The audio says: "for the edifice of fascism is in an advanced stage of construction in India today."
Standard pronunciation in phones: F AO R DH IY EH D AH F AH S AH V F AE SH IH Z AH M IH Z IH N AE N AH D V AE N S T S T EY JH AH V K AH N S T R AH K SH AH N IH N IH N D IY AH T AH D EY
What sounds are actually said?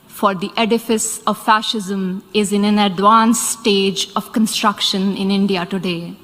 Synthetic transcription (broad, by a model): F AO R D IY EH D AH F AH S AH V F AE SH IH Z AH M IH Z IH N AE N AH D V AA N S S T EY JH AH V K AH N S T R AH K SH AH N IH N IH N D IY AH T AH D EY